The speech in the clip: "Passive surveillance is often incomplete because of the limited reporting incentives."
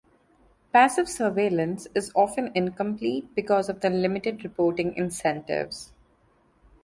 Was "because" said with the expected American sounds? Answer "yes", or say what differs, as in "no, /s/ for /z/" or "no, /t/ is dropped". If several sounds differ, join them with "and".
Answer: yes